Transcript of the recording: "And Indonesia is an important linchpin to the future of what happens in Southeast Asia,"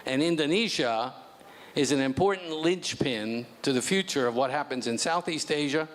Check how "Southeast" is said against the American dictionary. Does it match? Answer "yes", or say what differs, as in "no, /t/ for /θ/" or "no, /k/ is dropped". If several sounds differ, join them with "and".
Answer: yes